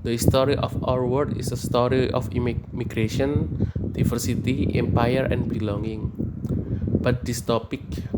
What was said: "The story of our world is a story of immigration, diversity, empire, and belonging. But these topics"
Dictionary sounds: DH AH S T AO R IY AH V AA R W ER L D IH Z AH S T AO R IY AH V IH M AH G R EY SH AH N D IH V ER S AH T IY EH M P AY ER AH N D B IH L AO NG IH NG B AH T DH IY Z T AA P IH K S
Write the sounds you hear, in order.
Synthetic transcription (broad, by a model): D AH S T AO R IY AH F AA R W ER D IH S AH S T AO R IY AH F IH M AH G R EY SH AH N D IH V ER S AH T IY EH M P AY ER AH N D B IH L AO NG IH NG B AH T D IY S T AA P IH K